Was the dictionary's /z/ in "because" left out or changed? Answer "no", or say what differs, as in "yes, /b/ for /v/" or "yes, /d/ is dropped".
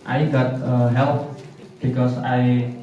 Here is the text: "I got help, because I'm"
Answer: yes, /s/ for /z/